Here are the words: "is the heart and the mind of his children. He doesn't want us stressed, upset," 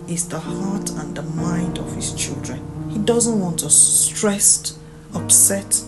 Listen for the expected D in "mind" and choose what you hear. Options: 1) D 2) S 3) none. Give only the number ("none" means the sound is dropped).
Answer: 1